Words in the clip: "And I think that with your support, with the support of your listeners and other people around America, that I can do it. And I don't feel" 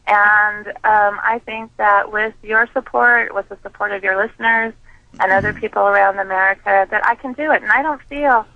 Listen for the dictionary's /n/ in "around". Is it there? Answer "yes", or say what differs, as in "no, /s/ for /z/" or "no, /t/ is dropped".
yes